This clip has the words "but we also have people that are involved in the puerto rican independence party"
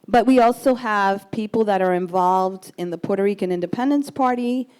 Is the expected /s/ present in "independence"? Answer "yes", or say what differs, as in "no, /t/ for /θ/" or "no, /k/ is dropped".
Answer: yes